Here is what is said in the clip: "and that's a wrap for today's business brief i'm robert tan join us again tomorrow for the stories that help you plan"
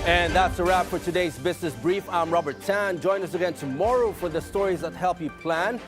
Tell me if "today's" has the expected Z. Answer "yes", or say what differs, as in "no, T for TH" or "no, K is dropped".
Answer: yes